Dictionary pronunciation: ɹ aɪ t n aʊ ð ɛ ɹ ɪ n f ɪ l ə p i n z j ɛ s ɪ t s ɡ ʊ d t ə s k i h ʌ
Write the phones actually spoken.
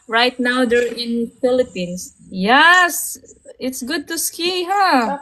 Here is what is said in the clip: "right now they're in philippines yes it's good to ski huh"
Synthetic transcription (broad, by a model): ɹ aɪ t n aʊ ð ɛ ɹ ɪ n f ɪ l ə p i n s j ɛ s ɪ t s ɡ ʊ d t ə s k i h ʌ